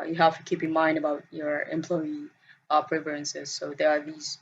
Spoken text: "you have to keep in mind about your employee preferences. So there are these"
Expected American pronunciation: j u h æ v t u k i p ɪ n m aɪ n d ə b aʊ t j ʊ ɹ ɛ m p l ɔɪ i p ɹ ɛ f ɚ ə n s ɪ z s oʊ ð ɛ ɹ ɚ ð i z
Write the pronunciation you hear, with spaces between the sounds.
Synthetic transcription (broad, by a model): j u h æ f t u k i p ɪ n m aɪ n d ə b aʊ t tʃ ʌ ɹ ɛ m p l ɔɪ i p ɹ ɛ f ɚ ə n s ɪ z s oʊ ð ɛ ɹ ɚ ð i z